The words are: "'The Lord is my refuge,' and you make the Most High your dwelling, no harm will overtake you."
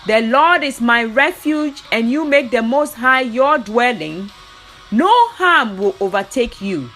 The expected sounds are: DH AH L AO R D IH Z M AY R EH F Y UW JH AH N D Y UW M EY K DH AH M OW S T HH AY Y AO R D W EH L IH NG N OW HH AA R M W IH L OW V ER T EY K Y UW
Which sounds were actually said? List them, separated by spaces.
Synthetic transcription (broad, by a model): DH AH L AO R D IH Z M AY R EH F Y UW JH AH N Y UW M EY K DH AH M OW S T HH AY Y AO D W EH L IH NG N OW HH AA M W IH L OW V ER T EY K Y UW